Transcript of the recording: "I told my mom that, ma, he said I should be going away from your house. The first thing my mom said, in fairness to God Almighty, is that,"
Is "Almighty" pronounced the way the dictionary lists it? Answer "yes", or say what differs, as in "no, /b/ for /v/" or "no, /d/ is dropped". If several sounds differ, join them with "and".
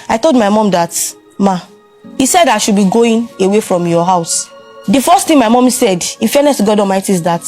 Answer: no, /l/ is dropped